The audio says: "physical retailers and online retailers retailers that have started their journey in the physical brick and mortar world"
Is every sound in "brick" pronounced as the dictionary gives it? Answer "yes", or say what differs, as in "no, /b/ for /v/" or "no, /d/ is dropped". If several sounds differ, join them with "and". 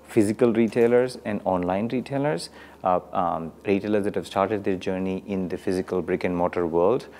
yes